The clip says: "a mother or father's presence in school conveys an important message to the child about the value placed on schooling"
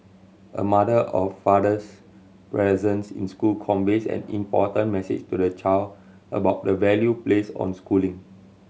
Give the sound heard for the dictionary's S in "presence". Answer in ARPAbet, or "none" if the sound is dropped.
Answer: S